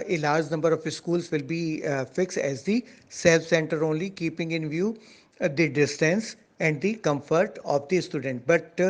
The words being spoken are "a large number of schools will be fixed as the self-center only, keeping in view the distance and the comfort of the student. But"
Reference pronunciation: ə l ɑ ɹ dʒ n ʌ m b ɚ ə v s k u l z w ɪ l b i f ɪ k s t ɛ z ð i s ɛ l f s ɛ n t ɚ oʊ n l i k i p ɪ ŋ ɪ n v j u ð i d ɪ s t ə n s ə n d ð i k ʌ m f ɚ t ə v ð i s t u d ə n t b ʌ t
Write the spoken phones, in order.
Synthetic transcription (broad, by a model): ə l ɑ ɹ dʒ n ʌ m b ɚ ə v s k u l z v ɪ l b i f ɪ k s t ɛ z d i s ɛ l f s ɛ n t ɚ oʊ n l i k i p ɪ ŋ ɪ n v j u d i d ɪ s t ə n s ə n d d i k ʌ m f ɚ t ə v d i s t u d ə n t b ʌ t